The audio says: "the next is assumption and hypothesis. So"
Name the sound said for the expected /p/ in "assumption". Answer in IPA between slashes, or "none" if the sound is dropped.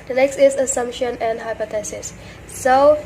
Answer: /p/